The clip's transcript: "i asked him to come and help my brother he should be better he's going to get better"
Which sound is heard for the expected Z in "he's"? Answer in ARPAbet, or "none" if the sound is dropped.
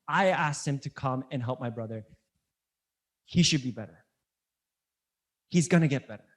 Z